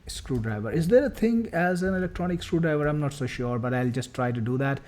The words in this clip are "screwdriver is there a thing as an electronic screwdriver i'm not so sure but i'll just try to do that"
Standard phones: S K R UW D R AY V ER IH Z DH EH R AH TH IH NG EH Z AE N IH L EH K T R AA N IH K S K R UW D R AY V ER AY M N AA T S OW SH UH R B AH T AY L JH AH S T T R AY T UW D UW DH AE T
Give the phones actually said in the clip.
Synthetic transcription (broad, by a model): S K R UW D R AY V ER IH Z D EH R AH T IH NG EH Z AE N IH L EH K T R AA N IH K S K R UW D R AY V ER AY M N AA T S OW SH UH R B AH T AY L JH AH S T T R AY T UW D UW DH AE T